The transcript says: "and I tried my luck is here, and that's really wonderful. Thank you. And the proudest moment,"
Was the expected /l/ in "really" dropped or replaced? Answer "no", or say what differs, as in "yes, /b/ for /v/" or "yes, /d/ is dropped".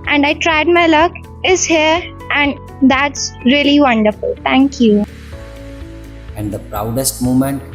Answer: no